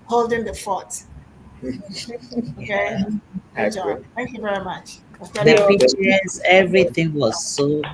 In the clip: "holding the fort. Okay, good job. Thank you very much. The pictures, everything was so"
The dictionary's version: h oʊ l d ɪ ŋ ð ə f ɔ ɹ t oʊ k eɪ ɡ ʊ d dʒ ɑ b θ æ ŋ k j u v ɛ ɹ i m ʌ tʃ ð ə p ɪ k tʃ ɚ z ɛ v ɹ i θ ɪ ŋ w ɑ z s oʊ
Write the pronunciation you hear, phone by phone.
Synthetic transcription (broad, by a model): h oʊ l d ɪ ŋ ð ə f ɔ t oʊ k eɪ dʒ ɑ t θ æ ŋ k j u v ɛ ɹ i m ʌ tʃ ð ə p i tʃ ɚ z ɛ v ɹ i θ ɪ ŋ w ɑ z s oʊ